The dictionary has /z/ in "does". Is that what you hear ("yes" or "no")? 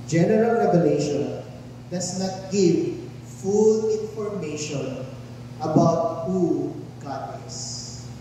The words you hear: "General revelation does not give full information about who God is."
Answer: no